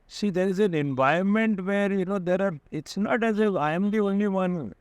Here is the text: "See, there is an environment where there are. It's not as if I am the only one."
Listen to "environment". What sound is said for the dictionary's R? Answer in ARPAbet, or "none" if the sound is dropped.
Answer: none